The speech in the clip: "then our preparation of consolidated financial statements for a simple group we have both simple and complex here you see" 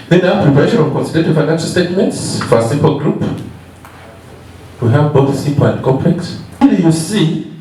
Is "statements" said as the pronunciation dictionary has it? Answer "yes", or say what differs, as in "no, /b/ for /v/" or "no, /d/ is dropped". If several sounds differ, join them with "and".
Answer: yes